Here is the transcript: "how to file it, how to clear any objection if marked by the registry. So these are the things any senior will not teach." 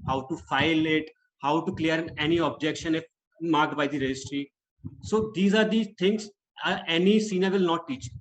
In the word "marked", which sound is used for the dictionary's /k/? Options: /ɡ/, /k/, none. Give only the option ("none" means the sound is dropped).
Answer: /k/